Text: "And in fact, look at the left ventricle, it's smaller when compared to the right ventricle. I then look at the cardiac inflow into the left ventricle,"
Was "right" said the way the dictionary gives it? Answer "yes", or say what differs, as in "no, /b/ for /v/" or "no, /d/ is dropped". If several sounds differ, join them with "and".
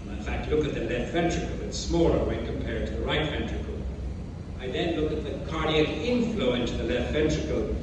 yes